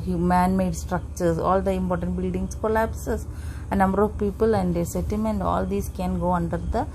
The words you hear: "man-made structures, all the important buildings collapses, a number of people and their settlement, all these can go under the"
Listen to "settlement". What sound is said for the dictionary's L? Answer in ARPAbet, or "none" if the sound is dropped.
none